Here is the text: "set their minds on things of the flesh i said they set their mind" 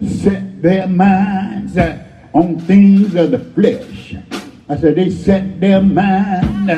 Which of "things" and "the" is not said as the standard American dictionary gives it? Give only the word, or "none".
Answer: none